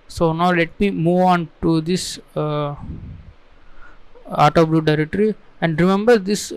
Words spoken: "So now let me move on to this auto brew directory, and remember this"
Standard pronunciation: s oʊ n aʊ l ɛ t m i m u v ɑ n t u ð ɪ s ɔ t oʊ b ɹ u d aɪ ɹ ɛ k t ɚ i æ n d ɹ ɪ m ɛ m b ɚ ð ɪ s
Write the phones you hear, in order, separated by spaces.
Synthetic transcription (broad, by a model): s oʊ n aʊ l ɛ t m i m u v ɑ n t u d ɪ s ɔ t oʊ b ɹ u d aɪ ɹ ɛ k t ɚ i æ n d ɹ ɪ m ɛ m b ɚ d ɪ s